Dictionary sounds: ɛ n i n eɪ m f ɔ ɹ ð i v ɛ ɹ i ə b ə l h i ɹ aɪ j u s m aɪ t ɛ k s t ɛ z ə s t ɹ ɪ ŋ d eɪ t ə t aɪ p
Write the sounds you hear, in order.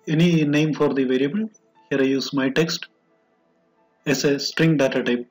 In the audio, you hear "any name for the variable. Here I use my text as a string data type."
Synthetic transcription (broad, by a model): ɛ n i n eɪ m f ɔ ɹ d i v ɛ ɹ i ə b ə l h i ɹ aɪ j u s m aɪ t ɛ k s t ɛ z ə s t ɹ ɪ ŋ d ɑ t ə t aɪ p